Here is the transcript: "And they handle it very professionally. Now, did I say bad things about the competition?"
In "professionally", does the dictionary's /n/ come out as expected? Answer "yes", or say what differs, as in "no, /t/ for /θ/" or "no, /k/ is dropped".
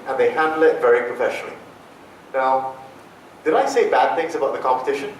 yes